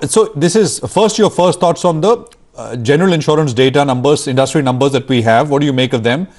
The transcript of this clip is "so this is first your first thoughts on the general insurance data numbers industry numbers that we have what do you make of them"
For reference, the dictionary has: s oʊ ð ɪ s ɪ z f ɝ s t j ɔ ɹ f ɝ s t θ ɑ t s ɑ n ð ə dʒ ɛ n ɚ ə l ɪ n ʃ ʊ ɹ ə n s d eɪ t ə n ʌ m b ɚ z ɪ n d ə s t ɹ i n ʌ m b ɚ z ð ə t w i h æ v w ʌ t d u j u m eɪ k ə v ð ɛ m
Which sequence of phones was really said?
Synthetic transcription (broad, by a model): s oʊ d ɪ s ɪ z f ɝ s t j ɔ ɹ f ɝ s t t ɑ t s ɑ n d ə dʒ ɛ n ɚ ə l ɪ n ʃ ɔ ɹ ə n s d eɪ t ə n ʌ m b ɚ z ɪ n d ə s t ɹ i n ʌ m b ɚ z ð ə t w i h æ v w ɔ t d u j u m eɪ k ə v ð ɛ m